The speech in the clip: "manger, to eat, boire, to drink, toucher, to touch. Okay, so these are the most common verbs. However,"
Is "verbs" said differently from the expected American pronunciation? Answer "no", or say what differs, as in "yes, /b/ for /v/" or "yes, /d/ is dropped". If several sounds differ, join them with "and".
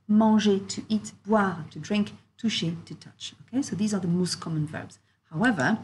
no